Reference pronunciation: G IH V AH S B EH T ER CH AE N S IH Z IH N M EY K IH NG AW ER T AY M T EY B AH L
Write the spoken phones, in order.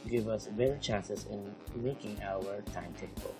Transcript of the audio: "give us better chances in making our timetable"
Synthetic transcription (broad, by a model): G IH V AH S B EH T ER CH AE N S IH S IH N M EY K IH NG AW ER T AY M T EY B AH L